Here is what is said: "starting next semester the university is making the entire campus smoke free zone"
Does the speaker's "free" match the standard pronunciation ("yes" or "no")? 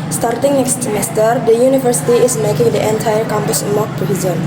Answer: no